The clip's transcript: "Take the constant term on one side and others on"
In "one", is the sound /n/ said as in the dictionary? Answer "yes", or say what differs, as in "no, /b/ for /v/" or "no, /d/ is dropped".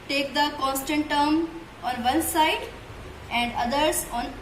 no, /l/ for /n/